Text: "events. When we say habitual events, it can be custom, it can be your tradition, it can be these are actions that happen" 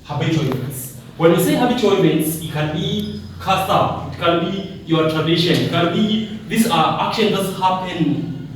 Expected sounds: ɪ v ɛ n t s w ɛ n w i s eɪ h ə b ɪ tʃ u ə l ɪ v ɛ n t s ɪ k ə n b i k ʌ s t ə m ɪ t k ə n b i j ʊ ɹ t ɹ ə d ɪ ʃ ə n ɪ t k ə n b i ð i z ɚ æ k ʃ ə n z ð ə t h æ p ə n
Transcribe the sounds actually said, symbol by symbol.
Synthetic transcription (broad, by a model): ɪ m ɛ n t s w ɛ n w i s eɪ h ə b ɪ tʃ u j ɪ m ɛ n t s ɪ k ə n b i k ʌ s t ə ɪ t k ə n b i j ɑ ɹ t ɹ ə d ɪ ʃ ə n ɪ t k ə n b i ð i s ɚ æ k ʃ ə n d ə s h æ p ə n